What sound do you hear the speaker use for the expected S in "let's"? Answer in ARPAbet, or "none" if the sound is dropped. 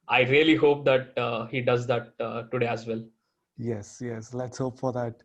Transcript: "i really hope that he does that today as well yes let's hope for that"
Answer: S